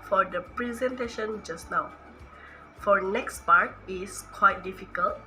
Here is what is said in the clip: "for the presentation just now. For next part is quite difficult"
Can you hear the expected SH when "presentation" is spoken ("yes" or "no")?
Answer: yes